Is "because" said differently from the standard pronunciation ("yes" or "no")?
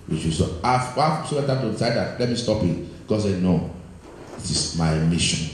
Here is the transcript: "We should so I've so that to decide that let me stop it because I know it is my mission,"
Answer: yes